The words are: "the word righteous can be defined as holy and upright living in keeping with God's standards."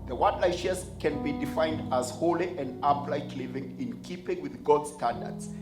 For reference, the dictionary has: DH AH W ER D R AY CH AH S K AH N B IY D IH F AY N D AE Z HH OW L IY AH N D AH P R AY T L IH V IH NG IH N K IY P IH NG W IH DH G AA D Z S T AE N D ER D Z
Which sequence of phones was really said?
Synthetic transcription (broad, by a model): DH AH W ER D L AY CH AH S K AH N B IY D IH F AY N D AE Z HH OW L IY AH N D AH P L AY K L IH V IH NG IH N K IY P IH NG W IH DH G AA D S T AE N D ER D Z